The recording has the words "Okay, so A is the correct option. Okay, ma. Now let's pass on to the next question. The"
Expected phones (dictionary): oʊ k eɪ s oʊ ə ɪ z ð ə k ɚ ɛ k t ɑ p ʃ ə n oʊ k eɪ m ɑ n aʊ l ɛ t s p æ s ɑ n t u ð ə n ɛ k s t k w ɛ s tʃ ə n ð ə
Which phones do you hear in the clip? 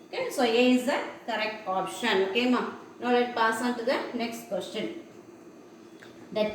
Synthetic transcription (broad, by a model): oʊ k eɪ s oʊ ə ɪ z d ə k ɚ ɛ k t ɑ p ʃ ə n oʊ k eɪ m ɑ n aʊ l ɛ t p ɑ s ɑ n t u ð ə n ɛ k s t k w ɛ s tʃ ə n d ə